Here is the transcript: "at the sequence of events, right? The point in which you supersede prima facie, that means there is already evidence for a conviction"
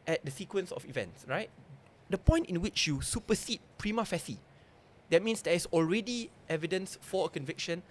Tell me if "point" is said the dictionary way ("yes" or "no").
yes